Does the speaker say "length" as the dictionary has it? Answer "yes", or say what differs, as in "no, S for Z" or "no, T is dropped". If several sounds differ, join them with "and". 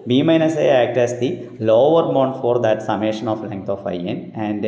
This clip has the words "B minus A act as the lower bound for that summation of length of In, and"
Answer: no, T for TH